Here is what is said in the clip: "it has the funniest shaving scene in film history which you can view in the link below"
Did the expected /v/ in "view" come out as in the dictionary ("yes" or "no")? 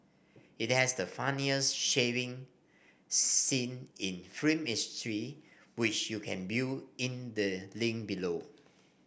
no